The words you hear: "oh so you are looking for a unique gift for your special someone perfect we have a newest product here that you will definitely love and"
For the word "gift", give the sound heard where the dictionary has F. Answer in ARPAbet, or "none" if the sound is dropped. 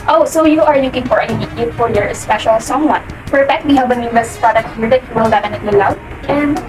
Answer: none